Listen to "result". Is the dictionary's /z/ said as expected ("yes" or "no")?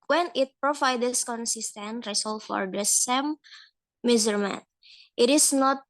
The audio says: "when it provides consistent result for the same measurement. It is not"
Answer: no